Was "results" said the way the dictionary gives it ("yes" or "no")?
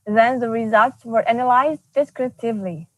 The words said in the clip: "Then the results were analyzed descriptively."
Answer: yes